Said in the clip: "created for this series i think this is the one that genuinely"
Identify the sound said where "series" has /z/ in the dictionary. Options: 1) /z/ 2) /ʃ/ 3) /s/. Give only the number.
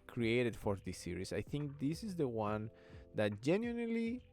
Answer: 3